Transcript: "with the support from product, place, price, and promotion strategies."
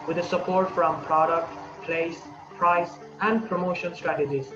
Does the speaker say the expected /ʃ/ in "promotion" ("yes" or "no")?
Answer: yes